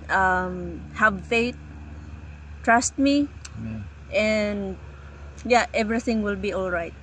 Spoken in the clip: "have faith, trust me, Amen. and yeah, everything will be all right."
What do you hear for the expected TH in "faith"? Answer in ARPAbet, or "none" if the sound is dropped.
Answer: T